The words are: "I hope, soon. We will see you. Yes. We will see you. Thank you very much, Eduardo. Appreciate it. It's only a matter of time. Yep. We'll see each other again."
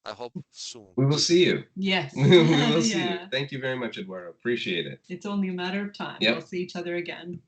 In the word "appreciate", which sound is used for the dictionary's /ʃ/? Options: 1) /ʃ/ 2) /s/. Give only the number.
1